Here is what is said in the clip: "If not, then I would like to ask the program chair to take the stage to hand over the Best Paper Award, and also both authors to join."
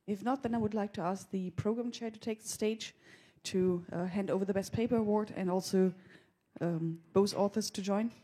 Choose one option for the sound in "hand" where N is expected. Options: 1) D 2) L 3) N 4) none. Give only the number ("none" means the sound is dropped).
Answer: 3